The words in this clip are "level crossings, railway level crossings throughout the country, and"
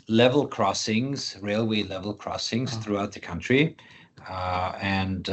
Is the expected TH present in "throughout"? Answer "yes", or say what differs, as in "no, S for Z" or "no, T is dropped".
yes